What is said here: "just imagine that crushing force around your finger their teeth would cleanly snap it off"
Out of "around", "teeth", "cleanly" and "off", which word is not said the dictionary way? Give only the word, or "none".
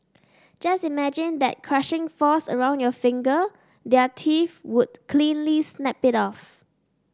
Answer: teeth